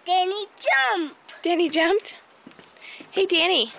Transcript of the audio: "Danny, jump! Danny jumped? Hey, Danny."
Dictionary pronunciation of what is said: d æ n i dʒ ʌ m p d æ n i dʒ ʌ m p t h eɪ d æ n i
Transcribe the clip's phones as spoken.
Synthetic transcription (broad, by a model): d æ n i dʒ ʌ m p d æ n i dʒ ʌ m p t h eɪ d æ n i